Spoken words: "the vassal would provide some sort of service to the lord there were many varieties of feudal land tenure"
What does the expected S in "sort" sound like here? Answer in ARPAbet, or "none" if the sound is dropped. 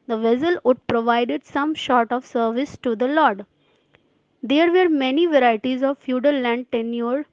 SH